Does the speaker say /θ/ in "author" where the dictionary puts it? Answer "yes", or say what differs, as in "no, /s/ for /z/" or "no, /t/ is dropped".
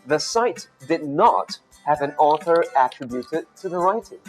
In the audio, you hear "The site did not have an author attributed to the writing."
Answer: yes